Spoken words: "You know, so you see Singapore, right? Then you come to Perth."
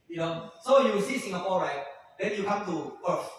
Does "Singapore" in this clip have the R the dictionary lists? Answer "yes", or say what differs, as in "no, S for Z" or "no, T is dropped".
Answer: no, L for R